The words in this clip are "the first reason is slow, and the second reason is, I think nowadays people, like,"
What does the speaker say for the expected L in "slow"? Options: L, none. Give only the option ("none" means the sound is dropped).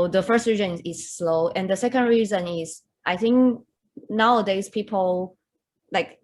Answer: L